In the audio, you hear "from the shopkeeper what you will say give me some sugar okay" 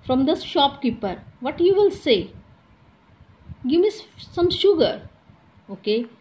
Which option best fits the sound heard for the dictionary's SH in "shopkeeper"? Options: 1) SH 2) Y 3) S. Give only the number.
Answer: 1